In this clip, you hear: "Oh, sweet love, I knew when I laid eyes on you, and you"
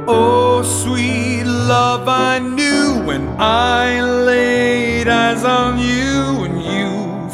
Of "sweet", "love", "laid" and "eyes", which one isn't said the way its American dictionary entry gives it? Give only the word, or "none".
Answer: none